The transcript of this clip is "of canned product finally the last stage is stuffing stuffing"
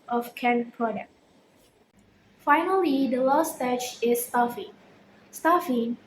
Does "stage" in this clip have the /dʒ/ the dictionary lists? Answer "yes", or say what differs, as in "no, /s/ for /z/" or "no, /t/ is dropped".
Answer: no, /tʃ/ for /dʒ/